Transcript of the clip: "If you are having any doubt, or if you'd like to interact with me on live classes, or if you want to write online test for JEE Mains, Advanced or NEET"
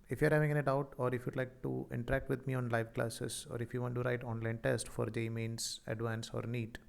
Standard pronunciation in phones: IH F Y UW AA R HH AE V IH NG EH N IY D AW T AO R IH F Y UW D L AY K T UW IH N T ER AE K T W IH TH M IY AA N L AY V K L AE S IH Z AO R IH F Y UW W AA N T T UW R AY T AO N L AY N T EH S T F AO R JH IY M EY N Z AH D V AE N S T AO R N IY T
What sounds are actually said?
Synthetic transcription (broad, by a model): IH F Y UW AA R HH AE V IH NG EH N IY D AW T AO R IH F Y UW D L AY K T UW IH N T ER AE K T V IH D M IY AA N L AY V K L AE S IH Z AO R IH F Y UW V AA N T T UW R AY T AO N L AY N T EH S T F AO R JH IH M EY N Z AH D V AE N S AO R N IY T